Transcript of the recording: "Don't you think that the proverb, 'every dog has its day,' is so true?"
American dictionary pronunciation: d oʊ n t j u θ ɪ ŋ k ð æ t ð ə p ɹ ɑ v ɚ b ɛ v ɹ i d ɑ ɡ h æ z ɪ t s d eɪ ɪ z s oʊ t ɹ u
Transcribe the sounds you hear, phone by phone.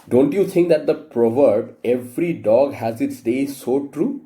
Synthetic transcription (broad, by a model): d oʊ n t j u t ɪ ŋ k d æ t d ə p ɹ ɑ v ɚ b ɛ v ɹ i d ɑ ɡ h æ z ɪ t s d eɪ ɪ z s oʊ t ɹ u